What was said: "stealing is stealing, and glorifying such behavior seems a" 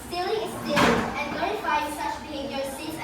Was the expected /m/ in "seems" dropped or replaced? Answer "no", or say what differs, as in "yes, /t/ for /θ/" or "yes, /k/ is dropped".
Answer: yes, /m/ is dropped